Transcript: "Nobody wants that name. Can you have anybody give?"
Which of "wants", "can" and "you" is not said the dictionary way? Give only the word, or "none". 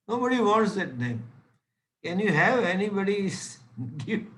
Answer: wants